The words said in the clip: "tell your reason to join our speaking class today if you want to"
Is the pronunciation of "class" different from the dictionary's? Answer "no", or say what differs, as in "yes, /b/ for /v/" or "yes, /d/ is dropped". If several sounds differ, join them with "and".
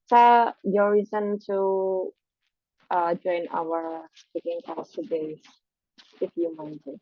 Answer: yes, /l/ is dropped